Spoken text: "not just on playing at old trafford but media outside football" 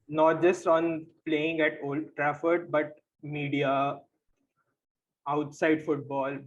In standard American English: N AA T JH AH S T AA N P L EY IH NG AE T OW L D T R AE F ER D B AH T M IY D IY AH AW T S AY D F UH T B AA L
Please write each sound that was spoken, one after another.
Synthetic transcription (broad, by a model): N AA T JH AH S T AA N P L EY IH NG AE T OW L D T R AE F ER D B AH T M IY D IY AH AW T S AY D F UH T B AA L